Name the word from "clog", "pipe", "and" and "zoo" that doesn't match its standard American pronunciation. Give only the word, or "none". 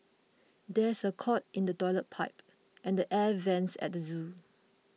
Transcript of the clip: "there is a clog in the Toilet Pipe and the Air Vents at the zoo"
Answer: clog